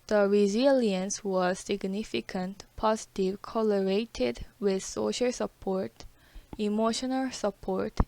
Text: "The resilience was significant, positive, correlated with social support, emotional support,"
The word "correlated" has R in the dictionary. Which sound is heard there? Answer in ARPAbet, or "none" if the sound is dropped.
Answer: L